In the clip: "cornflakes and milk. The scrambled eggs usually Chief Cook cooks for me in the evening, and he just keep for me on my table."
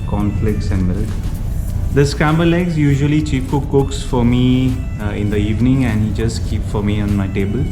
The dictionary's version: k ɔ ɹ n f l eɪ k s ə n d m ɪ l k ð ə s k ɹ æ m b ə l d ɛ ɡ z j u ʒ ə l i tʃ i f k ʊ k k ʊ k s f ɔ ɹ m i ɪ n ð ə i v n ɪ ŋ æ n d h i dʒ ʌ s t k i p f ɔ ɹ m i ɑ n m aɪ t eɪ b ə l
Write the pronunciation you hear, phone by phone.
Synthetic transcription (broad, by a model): k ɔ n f l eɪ k s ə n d m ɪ l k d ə s k ɹ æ m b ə l ɛ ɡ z j u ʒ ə l i tʃ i p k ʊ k k ʊ k s f ɔ ɹ m i ɪ n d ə i v n ɪ ŋ æ n d h i dʒ ʌ s t k i p f ɔ ɹ m i ɑ n m aɪ t eɪ b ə l